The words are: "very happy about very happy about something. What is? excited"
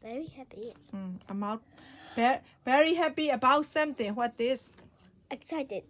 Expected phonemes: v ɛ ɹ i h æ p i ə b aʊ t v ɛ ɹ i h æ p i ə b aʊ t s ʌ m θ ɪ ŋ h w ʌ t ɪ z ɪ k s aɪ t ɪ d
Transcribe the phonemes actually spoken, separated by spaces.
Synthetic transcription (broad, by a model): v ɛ ɹ i h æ p i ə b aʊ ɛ v ɛ ɹ i h æ p i ə b aʊ t s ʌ m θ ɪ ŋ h w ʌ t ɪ s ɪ k s aɪ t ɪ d